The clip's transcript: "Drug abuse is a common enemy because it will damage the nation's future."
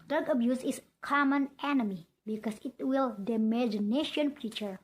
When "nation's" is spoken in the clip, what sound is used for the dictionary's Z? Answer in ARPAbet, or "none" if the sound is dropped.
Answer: none